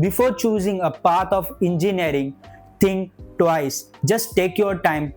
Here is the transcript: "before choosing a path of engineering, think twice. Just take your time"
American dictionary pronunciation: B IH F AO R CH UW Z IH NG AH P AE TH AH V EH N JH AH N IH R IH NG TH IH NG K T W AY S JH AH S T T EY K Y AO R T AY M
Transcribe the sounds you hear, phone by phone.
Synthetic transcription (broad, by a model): B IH F AO R CH UW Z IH NG AH P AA T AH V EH N JH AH N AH R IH NG T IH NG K T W AY S JH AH S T T EY K Y AO R T AY M